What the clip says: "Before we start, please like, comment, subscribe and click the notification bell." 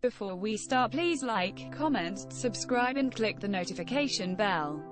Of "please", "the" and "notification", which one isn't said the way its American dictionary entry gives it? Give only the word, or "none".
none